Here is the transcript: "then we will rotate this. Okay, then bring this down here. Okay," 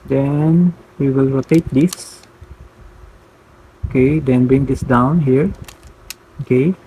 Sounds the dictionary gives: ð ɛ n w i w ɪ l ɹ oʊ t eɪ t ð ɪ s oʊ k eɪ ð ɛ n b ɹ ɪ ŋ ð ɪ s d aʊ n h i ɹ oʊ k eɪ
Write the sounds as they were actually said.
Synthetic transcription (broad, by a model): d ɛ n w i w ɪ l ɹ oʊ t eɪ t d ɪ s oʊ k eɪ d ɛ n b ɹ ɪ ŋ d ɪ s d aʊ n h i ɹ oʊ k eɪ